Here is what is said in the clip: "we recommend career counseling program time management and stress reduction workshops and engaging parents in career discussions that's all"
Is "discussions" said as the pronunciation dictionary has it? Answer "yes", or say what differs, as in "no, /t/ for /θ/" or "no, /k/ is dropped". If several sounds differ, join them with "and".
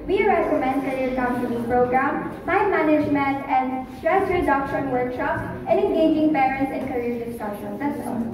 no, /s/ is dropped